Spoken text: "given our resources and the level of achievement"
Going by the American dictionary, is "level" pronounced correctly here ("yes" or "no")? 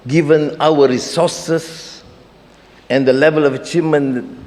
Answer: yes